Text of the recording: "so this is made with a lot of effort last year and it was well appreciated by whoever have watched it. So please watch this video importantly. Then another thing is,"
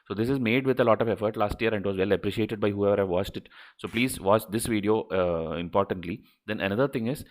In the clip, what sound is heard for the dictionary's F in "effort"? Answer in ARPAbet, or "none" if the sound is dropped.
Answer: F